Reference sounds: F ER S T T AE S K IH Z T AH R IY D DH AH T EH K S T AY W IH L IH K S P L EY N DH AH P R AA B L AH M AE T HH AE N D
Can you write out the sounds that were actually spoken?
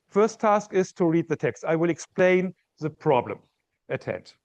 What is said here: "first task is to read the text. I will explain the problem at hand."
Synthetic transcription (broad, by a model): F ER S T T AE S K IH Z T AH R IY D DH AH T EH K S T AY W IH L IH K S P L EY N DH AH P R AA B L AH M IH T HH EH N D